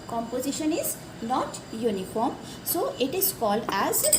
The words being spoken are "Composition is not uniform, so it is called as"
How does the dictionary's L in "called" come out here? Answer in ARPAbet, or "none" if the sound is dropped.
L